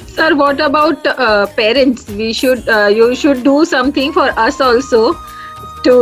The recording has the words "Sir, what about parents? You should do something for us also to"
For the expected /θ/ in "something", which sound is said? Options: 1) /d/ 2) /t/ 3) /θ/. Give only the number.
2